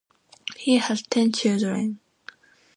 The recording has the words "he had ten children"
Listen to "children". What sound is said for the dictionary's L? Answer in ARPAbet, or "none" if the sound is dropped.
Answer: none